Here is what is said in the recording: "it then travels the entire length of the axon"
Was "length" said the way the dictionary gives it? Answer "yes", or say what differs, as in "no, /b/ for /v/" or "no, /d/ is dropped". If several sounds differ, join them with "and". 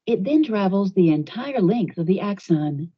yes